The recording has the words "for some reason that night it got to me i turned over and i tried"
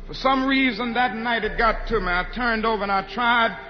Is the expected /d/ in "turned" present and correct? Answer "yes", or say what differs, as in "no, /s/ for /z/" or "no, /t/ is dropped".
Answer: yes